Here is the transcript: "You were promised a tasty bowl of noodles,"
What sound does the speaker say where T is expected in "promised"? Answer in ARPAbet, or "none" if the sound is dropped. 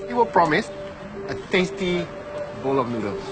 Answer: none